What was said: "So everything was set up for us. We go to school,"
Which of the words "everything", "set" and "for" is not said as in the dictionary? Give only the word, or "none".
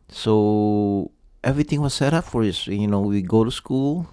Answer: everything